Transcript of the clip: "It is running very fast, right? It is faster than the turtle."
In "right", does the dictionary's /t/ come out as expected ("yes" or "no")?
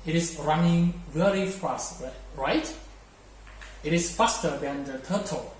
yes